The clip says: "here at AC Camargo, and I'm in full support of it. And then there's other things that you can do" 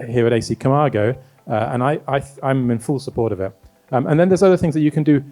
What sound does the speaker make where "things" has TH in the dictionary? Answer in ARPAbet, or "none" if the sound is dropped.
TH